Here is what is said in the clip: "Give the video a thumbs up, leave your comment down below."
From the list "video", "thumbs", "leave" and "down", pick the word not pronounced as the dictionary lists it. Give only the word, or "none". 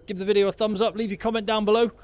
none